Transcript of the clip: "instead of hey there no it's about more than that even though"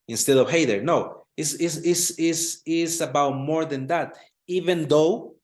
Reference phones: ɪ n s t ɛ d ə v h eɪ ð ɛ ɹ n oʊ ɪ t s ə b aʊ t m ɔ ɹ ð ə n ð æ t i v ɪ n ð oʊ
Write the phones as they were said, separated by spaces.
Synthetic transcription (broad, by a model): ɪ n s t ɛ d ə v h eɪ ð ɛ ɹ n oʊ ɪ s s ə b aʊ t m ɔ ɹ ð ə n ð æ t i v ɪ n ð oʊ